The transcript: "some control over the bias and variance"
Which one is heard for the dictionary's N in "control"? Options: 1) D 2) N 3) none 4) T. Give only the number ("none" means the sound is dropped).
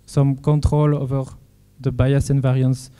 3